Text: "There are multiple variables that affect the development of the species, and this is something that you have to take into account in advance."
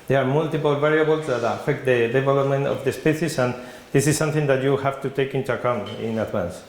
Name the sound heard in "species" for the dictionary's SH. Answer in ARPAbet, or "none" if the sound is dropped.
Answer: S